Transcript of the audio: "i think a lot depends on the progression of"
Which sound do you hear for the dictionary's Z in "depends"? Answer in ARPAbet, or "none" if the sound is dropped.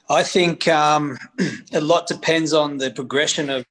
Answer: Z